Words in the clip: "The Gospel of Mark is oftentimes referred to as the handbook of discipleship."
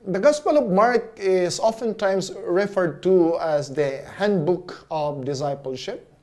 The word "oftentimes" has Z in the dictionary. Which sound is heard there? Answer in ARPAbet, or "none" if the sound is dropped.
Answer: S